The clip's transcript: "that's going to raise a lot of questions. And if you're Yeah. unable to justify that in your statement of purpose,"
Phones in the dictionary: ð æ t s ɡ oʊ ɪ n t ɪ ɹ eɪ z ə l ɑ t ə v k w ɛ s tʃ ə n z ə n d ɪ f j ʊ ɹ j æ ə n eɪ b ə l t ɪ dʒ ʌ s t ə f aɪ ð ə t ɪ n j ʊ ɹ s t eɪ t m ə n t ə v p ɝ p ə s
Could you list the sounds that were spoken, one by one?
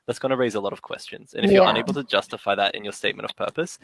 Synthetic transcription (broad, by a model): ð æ t s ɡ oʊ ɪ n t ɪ ɹ eɪ z ə l ɑ t ə v k w ɛ s tʃ ə n z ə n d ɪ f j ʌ ɹ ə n eɪ b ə l t ɪ dʒ ʌ s t ə f aɪ ð ə t ɪ n j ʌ ɹ s t eɪ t m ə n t ə v p ɝ p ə s